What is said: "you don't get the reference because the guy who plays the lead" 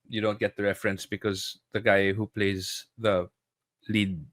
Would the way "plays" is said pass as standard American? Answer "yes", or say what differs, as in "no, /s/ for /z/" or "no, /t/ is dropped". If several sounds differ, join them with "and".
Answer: yes